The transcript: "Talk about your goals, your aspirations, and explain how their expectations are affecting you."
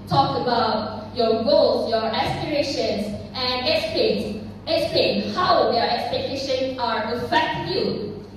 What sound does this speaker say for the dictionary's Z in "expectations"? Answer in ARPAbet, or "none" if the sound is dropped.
none